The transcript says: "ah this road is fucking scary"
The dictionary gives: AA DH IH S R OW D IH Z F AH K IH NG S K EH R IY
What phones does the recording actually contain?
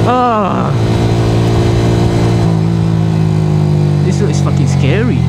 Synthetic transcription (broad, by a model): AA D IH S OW IH S F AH K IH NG S K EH R IY